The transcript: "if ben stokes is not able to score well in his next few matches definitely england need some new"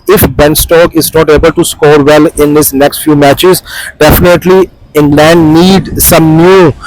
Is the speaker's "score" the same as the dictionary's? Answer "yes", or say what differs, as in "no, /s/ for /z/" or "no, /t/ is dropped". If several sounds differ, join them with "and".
yes